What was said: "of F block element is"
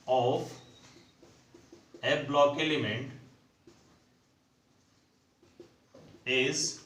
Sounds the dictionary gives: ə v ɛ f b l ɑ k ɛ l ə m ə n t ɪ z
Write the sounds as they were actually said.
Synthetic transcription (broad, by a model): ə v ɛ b l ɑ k ɛ l ə m ə n t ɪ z